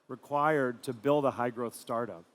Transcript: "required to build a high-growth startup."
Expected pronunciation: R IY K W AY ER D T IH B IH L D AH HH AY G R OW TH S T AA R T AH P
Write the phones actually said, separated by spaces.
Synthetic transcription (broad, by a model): R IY K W AY ER D T IH B IH L D AH HH AY G R OW TH S T AA R T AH P